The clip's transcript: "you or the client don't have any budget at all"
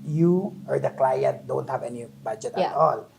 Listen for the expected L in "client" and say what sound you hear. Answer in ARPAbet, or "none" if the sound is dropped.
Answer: L